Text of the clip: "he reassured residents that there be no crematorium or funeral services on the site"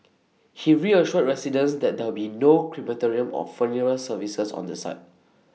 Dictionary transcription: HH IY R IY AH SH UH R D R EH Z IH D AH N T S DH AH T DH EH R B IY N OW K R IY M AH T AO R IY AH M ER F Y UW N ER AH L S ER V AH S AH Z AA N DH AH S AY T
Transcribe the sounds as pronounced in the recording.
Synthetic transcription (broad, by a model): HH IY R IY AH SH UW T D R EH S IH D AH N S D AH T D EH W B IY N OW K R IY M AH T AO R IY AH M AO F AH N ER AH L S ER V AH S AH S AA N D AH S AY T